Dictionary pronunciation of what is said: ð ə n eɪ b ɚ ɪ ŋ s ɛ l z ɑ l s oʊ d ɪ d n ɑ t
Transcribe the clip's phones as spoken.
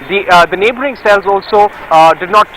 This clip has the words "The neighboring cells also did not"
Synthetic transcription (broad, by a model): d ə n eɪ b ɚ ɪ ŋ s ɛ l z ɑ l s oʊ d ɪ d n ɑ t